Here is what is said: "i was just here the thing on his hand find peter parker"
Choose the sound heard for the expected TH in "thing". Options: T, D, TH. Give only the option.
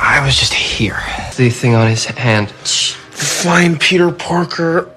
TH